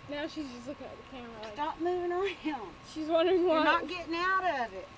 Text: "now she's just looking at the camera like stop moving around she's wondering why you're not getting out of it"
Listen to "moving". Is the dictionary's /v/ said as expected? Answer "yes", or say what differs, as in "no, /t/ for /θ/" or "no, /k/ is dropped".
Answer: yes